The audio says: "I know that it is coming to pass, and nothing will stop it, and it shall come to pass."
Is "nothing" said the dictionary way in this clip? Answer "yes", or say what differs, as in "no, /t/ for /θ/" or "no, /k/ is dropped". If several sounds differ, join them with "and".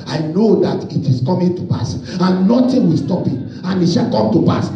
no, /t/ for /θ/